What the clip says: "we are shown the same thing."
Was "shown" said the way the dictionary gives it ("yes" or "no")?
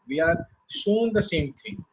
no